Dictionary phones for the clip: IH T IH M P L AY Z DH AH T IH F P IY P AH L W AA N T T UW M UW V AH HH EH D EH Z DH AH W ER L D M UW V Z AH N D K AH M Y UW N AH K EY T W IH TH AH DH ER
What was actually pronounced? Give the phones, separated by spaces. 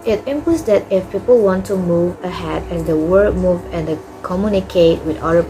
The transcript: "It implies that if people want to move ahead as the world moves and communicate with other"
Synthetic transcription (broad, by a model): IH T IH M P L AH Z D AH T IH F P IY P AH L W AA N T T UW M UW V AH HH EH D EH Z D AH W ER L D M UW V AH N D K AH M Y UW N AH K EY T W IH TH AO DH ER